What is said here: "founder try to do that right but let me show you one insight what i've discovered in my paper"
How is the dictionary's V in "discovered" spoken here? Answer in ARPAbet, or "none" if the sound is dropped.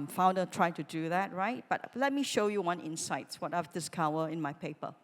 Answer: W